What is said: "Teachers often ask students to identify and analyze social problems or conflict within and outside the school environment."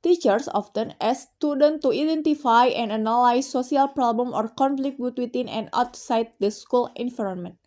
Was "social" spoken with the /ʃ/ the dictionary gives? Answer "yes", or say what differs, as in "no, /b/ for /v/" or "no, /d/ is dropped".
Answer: no, /s/ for /ʃ/